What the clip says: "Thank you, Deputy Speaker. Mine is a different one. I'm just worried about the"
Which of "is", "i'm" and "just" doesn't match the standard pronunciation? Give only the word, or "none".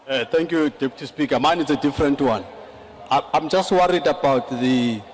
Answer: is